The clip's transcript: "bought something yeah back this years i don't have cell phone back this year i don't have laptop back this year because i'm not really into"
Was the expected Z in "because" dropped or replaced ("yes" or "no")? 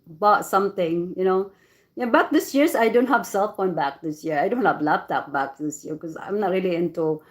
yes